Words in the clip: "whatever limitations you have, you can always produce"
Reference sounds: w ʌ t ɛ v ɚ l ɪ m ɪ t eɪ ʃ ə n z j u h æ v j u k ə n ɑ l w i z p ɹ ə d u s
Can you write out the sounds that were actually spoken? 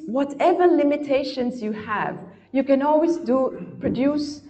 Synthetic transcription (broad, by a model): w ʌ t ɛ v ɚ l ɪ m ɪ t eɪ ʃ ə n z j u h æ v j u k ə n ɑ l w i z p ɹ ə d u s